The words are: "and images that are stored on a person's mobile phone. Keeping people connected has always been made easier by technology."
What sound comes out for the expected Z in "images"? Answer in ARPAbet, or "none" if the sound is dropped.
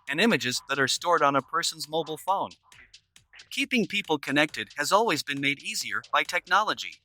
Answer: Z